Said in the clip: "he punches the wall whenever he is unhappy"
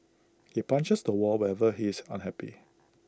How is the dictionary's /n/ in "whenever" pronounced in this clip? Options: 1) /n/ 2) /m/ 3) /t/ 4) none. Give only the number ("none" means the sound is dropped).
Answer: 4